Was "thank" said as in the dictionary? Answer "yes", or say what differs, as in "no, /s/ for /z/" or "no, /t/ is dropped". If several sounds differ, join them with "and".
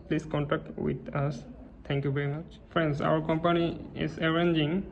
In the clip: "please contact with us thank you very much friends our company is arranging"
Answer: no, /t/ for /θ/